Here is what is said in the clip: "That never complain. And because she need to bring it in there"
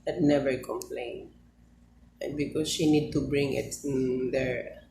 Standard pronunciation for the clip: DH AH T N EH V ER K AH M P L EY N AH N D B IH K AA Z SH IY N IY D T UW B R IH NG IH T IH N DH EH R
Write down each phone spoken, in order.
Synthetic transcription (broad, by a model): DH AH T N EH V ER K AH M P L EY AH N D B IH K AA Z SH IY N IY D T UW B R IH NG IH T IH N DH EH R